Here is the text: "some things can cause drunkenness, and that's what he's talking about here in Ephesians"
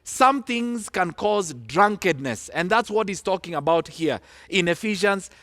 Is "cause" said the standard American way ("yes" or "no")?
yes